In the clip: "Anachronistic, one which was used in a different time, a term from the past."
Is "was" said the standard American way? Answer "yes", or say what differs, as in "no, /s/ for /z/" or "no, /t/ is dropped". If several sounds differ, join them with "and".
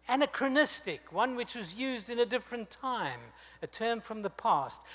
yes